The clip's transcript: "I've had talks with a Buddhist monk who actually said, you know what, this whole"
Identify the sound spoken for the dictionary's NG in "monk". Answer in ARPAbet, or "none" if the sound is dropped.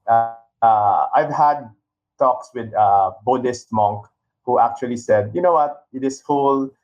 NG